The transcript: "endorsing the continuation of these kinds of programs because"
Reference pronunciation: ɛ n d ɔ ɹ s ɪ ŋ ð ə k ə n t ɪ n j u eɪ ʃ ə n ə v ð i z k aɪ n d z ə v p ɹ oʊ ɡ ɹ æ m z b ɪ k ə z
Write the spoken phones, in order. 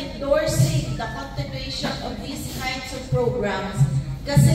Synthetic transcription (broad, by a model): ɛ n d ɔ ɹ s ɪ ŋ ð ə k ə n t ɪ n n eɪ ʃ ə n ə v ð i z k aɪ n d s ə v p ɹ oʊ ɡ ɹ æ m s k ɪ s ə